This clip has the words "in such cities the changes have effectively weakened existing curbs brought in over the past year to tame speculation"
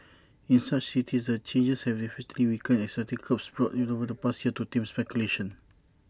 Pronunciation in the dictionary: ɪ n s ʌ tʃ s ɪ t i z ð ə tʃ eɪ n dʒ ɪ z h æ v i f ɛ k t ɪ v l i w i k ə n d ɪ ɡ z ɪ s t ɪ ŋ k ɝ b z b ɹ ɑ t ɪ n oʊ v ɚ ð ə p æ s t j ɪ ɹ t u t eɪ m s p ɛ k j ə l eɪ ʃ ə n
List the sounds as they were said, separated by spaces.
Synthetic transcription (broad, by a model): ɪ n s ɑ tʃ s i t i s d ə tʃ eɪ n dʒ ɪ s h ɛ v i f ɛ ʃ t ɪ l i w i k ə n ɪ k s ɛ t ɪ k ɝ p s b ɹ ɑ t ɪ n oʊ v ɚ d ə p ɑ s t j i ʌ t u t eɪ m s p ɛ k j ə l eɪ ʃ ə n